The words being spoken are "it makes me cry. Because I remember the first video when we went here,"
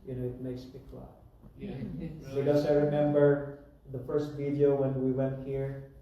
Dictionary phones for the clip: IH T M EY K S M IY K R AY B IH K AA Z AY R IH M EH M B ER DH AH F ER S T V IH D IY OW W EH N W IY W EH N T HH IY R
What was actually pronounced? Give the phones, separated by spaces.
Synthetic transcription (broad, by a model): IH T M EY K S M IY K L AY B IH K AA S AY R IH M EH M B ER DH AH F ER S T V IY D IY OW W EH N W IY W EH N T HH IY R